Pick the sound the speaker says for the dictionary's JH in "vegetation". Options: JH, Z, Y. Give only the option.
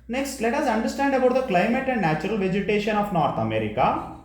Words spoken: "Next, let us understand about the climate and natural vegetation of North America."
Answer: JH